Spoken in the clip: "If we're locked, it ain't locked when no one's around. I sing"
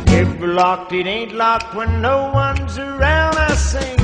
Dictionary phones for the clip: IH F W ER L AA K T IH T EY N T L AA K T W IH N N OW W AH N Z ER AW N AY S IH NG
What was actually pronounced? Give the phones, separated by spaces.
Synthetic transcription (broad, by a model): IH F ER L AA K T IH T EY N T L AA K T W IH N N OW W AH N Z ER AW N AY S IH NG